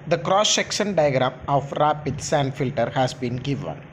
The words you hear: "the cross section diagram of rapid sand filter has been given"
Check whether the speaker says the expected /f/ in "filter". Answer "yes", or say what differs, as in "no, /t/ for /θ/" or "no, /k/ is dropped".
yes